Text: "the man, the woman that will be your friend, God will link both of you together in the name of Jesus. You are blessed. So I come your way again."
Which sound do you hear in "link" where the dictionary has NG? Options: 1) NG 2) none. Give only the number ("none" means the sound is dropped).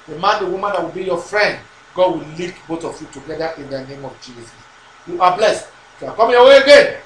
2